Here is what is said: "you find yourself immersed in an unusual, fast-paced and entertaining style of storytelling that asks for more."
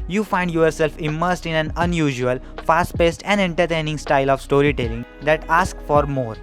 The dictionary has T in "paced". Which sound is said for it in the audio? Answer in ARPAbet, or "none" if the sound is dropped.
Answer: T